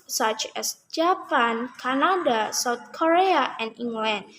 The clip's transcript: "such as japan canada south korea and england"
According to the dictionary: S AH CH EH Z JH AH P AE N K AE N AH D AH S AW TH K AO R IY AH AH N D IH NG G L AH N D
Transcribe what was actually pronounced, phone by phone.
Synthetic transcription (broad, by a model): S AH CH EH S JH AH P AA N K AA N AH D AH S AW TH K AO R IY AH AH N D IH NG G L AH N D